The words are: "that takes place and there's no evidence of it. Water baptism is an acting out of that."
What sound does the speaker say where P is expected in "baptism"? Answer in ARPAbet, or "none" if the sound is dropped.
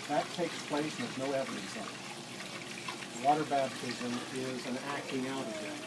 B